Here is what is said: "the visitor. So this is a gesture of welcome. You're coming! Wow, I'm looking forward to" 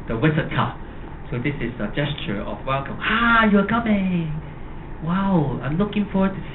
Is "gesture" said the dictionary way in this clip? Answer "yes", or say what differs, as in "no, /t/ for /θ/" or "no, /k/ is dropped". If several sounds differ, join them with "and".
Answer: yes